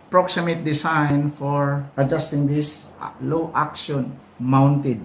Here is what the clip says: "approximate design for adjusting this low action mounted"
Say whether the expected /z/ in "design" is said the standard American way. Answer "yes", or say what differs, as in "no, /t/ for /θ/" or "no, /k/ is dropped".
no, /s/ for /z/